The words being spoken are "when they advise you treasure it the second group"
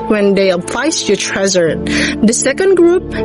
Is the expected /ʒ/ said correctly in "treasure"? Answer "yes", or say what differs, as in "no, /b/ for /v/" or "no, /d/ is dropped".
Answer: no, /z/ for /ʒ/